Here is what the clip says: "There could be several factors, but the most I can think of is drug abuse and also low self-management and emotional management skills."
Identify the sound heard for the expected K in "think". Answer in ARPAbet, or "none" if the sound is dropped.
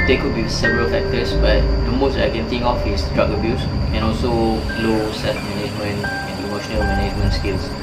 none